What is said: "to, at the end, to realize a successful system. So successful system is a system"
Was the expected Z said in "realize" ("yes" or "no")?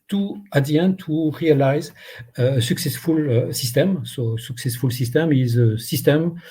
yes